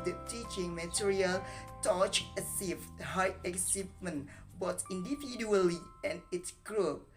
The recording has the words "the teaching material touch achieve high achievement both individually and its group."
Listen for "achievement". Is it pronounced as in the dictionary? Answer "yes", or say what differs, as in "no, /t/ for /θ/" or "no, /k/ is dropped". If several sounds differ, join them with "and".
no, /s/ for /tʃ/